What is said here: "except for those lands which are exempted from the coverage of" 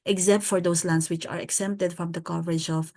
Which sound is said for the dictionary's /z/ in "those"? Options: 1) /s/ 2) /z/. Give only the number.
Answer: 1